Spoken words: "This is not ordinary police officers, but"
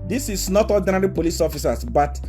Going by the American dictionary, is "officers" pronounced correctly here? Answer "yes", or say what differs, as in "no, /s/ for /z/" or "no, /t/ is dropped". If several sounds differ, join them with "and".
no, /s/ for /z/